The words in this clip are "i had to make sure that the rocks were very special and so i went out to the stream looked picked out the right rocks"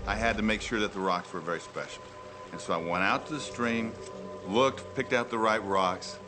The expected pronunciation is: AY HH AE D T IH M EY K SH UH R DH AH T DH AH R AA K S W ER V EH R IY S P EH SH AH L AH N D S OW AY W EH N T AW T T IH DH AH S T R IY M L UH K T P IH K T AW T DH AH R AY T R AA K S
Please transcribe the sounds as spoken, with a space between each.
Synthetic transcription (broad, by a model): AY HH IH D T IH M EY K SH UH R DH AH T DH AH R AA K S W ER V EH R IY S P EH SH L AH N S OW AY W EH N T AW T T IH DH AH S T R IY M L UH K T P IH K T AW T DH AH R AY T R AA K S